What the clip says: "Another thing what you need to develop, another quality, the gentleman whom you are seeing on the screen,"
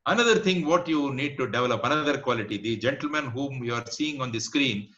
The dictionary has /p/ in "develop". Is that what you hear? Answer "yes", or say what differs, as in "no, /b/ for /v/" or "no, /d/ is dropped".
yes